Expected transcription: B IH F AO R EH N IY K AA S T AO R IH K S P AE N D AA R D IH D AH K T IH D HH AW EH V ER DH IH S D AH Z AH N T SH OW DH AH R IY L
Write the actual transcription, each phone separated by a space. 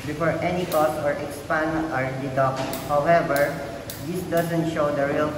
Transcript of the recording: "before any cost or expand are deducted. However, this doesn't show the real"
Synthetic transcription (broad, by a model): B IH F AO R EH N IY K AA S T AO R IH K S P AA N AA R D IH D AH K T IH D HH AW EH V ER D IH S D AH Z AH N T SH OW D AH R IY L